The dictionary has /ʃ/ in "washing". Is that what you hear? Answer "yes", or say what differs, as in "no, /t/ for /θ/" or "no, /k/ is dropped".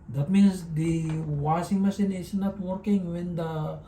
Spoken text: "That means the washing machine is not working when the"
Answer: no, /s/ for /ʃ/